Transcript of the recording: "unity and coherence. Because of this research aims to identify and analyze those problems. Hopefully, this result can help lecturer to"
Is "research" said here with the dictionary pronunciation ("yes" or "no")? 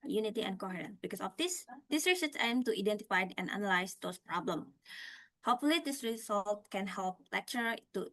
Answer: no